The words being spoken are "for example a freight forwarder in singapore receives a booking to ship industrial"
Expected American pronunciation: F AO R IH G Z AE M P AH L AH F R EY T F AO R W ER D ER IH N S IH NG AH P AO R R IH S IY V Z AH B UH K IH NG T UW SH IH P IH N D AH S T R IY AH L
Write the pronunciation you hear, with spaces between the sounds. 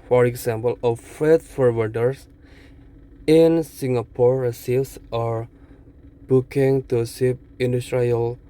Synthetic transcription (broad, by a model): F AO R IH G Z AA M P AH L AH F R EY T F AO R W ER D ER IH N S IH NG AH P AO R R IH S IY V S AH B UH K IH NG T UW S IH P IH N D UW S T R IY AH L